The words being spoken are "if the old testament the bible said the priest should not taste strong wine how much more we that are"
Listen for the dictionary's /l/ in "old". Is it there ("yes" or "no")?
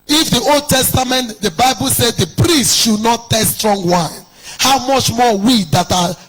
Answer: yes